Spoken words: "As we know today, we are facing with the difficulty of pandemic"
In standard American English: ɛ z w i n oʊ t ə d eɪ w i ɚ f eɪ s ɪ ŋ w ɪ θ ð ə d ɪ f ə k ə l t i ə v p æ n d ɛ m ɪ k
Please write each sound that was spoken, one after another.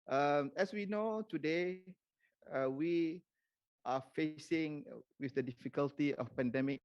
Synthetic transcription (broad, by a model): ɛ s w i n oʊ t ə d eɪ w i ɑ f eɪ s ɪ ŋ w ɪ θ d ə d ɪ f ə k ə l t i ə f p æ n d ɛ m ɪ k